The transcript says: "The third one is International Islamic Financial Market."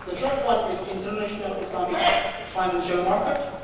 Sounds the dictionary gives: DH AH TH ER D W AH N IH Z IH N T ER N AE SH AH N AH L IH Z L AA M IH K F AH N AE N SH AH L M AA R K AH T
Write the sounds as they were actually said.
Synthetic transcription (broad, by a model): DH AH S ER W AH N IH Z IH N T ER N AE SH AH N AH L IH S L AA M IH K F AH IH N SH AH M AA R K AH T